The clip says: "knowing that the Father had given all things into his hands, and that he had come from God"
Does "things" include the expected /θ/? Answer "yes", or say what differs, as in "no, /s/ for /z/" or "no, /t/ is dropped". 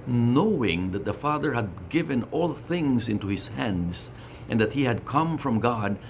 yes